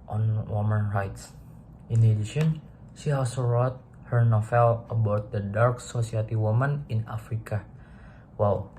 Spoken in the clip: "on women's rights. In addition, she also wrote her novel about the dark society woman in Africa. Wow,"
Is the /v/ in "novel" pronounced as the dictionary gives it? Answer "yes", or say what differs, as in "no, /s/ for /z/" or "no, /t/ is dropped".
no, /f/ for /v/